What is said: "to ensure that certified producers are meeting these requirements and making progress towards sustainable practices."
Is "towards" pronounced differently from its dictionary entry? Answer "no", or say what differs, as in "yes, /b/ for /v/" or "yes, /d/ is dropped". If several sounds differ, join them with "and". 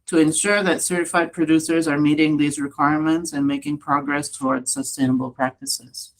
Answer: no